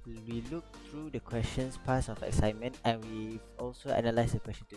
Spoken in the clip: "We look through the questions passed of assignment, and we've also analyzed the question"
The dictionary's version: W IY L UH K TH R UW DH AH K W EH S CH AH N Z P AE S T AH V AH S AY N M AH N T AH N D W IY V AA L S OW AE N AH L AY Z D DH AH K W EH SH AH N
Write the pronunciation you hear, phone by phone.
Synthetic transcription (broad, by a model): W IY L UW K T R UW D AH K W EH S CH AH N S P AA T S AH F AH S AY M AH N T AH N W IY AA L S OW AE N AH L AY S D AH K W EH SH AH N